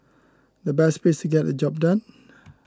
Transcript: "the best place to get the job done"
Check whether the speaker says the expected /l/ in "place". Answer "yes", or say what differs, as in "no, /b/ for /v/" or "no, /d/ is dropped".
no, /l/ is dropped